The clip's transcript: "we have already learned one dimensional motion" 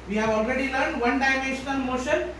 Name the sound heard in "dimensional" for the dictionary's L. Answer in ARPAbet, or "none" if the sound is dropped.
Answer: N